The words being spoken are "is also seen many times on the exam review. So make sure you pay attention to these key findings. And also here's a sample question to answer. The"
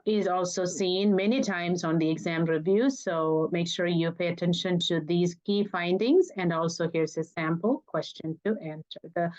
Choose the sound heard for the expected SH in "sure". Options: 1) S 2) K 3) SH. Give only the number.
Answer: 3